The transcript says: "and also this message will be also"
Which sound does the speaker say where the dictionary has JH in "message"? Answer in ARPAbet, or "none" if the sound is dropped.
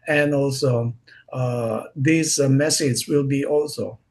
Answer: Z